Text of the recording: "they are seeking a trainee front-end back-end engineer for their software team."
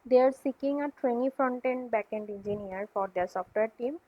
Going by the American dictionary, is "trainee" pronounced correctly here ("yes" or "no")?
no